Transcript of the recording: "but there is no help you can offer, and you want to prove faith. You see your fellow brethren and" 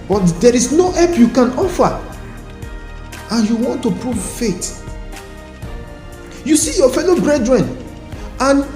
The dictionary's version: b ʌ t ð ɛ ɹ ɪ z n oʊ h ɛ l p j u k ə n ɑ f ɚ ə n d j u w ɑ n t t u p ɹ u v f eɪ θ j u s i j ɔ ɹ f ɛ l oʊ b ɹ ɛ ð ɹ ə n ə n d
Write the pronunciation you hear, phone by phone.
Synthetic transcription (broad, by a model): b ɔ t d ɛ ɹ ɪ s n oʊ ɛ p j u k ə n ɑ f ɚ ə n j u w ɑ n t t u p ɹ u v f eɪ t j u s i j ɔ f ɛ l oʊ b ɹ ɛ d ɹ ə n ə n